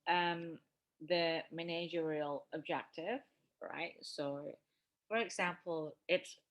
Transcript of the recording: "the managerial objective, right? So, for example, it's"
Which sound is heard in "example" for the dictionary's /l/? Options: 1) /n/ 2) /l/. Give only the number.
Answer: 2